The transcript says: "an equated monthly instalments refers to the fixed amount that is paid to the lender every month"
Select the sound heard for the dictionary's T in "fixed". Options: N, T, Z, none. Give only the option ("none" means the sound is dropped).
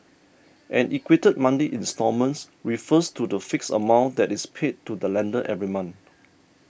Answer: none